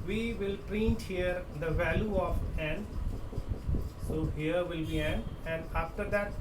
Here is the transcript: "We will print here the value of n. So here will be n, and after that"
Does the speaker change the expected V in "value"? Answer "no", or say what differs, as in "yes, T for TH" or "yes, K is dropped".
no